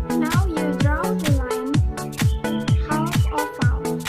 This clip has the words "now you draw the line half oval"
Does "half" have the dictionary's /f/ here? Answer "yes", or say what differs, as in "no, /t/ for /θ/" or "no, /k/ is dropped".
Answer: no, /f/ is dropped